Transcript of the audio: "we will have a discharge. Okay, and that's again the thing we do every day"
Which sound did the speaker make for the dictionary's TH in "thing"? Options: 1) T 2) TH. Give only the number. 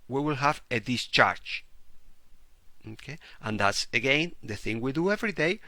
2